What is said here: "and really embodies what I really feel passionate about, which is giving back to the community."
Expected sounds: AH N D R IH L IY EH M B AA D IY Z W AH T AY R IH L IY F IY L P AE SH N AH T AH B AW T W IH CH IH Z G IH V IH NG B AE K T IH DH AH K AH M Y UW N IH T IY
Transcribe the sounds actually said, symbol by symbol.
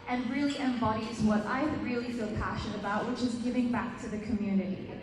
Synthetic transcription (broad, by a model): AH N R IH L IY EH M B AA D IY Z W AH T AY R IH L IY F IY L P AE SH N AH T AH B AW T W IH CH IH Z G IH V IH NG B AE K T IH DH AH K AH M Y UW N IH T IY